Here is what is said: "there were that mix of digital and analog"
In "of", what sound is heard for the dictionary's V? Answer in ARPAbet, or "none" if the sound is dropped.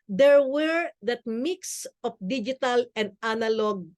F